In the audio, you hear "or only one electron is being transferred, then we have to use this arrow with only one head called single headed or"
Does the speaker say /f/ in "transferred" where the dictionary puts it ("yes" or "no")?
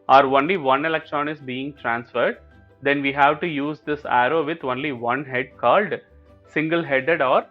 yes